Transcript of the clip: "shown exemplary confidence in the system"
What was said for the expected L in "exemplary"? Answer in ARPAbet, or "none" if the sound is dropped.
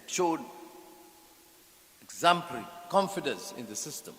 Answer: none